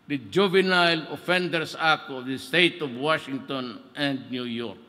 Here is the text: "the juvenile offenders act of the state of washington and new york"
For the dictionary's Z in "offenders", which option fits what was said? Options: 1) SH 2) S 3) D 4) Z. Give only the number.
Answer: 2